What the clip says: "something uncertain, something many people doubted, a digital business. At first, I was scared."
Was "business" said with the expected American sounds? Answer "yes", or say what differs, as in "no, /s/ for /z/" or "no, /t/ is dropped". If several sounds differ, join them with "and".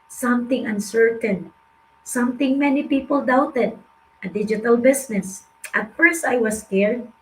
no, /s/ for /z/